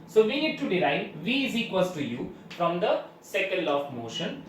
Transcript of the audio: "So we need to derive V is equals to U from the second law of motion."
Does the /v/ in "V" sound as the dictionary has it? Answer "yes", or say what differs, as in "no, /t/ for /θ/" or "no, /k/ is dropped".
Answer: yes